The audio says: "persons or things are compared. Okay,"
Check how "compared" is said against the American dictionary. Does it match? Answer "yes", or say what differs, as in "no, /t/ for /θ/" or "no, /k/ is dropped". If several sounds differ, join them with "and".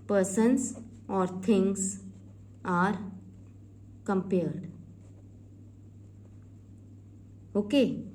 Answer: yes